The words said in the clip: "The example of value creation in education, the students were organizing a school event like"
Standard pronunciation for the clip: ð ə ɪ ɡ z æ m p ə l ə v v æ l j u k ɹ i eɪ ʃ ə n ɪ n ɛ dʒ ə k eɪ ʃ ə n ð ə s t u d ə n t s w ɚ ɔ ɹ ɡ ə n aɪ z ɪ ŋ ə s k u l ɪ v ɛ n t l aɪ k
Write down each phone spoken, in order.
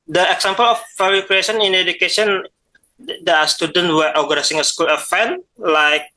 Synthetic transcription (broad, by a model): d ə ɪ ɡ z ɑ m p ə l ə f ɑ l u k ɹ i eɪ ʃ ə n ɪ n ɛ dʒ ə k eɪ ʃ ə n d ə s t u d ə n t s w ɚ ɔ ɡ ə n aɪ s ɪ ŋ ə s k u l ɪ f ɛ n l aɪ k